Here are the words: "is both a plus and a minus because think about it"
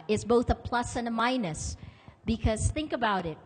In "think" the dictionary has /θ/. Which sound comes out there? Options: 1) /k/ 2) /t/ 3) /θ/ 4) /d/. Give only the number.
3